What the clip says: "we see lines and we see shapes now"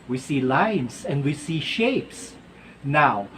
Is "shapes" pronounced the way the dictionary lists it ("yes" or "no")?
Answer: yes